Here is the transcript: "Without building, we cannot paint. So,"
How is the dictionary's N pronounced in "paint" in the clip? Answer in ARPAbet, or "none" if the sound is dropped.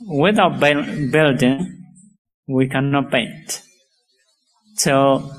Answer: N